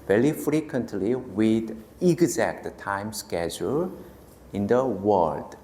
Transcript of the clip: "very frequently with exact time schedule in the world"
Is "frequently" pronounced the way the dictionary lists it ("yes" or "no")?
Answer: yes